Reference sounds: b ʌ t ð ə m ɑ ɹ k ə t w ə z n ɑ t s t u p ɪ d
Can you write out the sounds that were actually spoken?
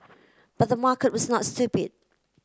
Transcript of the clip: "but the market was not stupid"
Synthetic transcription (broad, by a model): b ʌ t ð ə m ɑ k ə t w ə z n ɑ t s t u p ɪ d